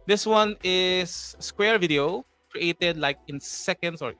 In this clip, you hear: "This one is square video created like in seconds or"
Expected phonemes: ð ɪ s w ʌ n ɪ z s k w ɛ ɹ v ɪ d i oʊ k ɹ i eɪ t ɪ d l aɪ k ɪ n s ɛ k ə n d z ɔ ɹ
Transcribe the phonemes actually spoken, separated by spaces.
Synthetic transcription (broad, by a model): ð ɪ s w ʌ n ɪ s k w ɛ ɹ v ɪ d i oʊ k ɹ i eɪ t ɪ d l aɪ k ɪ n s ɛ k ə n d s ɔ ɹ